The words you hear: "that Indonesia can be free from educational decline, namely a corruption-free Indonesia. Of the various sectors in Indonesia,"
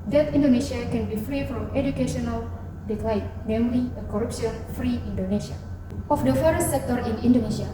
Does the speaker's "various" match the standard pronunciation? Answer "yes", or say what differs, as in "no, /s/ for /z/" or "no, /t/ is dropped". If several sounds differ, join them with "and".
no, /f/ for /v/